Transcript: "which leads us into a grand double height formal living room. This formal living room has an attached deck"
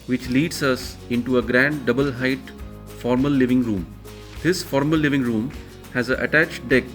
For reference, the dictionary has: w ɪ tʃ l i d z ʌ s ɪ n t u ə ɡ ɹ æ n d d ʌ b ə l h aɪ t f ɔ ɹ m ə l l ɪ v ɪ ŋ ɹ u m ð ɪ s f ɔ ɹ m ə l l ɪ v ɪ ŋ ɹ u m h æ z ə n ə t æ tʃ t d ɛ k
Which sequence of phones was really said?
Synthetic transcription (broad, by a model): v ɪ tʃ l i d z ʌ s ɪ n t u ə ɡ ɹ æ n d d ʌ b ə l h aɪ t f ɔ ɹ m ə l l ɪ v ɪ ŋ ɹ u m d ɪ s f ɔ ɹ m ə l l ɪ v ɪ ŋ ɹ u m h æ z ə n ə t æ tʃ t d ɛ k